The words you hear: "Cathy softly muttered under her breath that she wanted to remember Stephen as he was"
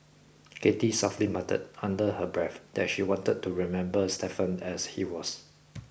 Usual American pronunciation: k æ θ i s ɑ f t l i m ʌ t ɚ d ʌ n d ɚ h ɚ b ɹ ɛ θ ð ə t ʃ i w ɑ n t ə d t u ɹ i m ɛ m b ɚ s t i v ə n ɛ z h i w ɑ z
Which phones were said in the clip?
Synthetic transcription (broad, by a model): k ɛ t i s ɑ f t l i m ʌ t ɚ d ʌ n d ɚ h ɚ b ɹ ɛ θ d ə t ʃ i w ɑ n t ə d t u ɹ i m ɛ m b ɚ s t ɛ f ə n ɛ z h i w ɑ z